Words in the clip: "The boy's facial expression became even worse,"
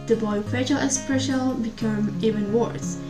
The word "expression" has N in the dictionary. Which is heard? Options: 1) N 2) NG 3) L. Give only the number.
3